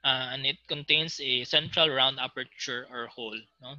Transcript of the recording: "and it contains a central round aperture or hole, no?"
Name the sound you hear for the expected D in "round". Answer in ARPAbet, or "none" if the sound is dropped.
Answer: D